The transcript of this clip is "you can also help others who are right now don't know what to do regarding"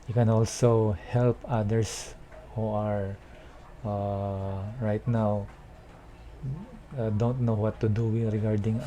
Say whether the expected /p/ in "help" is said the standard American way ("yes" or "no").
yes